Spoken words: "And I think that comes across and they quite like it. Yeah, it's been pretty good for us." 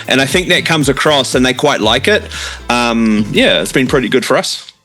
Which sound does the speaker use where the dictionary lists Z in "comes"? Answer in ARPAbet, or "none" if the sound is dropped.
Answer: Z